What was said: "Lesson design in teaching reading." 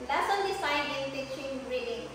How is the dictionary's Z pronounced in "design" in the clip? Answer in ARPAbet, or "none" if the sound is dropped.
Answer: S